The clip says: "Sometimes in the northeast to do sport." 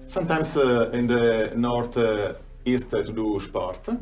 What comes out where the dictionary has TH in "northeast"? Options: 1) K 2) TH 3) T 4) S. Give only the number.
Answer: 3